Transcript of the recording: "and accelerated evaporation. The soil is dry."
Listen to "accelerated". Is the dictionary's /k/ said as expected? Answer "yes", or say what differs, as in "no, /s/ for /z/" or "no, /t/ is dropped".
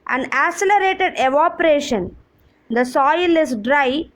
no, /k/ is dropped